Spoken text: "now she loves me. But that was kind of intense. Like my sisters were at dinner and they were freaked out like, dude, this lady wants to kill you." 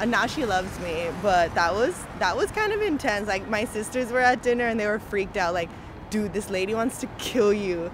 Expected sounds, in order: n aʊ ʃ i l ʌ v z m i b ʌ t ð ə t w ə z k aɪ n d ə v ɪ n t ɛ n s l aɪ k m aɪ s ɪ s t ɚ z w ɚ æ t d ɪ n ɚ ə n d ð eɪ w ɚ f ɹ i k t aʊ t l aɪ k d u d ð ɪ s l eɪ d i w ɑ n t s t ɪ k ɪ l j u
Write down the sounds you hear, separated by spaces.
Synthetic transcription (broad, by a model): n aʊ ʃ i l ʌ v z m i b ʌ t ð ə t w ə z k aɪ n d ə v ɪ n t ɛ n s l aɪ k m aɪ s ɪ s t ɚ z w ɚ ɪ t d ɪ n ɚ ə n ð eɪ w ɚ f ɹ i k t aʊ t l aɪ k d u ð ɪ s l eɪ d i w ɑ n t s t ɪ k ɪ l j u